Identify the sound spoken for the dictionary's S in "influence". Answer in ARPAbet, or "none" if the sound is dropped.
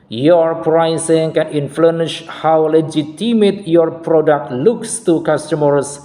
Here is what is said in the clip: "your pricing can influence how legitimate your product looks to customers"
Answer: SH